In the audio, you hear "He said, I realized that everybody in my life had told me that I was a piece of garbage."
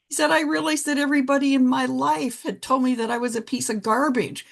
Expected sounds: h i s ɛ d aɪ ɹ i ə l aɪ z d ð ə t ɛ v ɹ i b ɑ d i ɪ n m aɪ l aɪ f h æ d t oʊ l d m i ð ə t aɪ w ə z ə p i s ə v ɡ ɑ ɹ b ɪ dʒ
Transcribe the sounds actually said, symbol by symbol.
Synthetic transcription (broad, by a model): h i s ɛ d aɪ ɹ i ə l aɪ z ð ə t ɛ v ɹ i b ɑ d i ɪ n m aɪ l aɪ f h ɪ d t oʊ l d m i ð ə t aɪ w ə z ə p i s ə v ɡ ɑ ɹ b ɪ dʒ